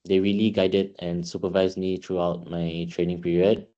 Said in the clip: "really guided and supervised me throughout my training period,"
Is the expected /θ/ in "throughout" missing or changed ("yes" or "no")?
yes